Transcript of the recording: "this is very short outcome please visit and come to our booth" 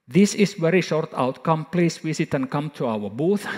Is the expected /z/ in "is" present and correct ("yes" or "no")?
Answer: no